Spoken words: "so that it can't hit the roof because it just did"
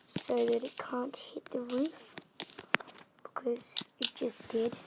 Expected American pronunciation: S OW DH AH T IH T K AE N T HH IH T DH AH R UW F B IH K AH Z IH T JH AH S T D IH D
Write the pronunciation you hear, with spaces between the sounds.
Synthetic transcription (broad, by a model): S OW DH AH T IH T K AE N T HH IH T DH AH R UW F B IH K AH Z IH T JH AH S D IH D